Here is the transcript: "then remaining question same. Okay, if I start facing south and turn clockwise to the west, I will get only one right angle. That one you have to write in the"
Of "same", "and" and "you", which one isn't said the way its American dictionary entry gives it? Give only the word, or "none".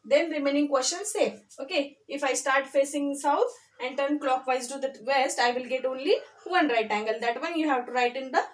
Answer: same